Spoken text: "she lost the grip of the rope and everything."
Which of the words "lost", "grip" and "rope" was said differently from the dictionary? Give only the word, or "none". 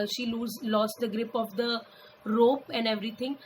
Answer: none